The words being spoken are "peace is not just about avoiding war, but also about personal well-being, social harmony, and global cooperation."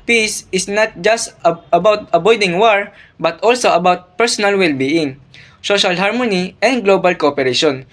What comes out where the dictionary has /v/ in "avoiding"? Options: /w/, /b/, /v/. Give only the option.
/b/